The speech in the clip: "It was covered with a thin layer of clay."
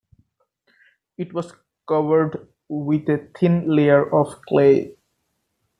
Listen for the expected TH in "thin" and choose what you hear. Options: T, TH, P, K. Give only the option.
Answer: T